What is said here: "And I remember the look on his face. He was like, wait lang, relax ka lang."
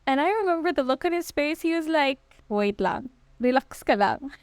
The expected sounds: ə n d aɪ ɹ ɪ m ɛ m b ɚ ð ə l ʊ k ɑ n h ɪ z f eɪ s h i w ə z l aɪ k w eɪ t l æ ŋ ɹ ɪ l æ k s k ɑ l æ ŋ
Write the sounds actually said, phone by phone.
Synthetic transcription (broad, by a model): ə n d aɪ ɹ ɪ m ɛ m b ɚ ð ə l ʊ k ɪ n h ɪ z p eɪ s h i w ə z l aɪ k w eɪ t l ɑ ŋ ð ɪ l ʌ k s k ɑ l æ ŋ